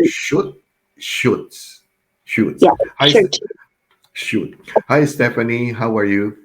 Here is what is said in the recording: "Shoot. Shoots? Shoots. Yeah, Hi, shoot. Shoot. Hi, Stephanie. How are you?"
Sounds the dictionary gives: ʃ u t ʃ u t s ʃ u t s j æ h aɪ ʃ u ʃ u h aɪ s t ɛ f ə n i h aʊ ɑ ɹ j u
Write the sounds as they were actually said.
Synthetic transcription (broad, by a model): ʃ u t ʃ u t s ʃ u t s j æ h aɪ ʃ u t h aɪ s t ɛ f ə n i h aʊ ɑ ɹ j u